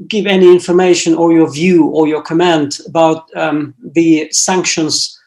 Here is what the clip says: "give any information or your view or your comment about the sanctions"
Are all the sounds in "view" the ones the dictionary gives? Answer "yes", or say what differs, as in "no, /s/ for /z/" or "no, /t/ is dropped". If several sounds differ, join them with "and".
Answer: yes